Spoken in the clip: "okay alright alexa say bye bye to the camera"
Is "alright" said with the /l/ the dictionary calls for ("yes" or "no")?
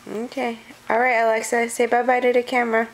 yes